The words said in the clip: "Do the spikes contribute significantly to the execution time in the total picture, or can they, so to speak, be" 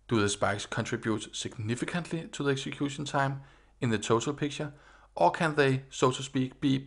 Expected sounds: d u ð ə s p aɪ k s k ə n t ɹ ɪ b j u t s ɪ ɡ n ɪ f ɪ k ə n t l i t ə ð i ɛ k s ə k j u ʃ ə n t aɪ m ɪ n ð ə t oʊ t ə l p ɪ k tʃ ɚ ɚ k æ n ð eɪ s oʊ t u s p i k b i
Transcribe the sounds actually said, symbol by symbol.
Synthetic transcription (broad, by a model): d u ð ə s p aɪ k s k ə n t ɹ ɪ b j u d s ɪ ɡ n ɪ f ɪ k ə n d l i s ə ð i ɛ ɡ s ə k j u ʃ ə n s aɪ m ɪ n ð ə s oʊ s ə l p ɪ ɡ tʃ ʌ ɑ k æ n ð eɪ s oʊ s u s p i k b i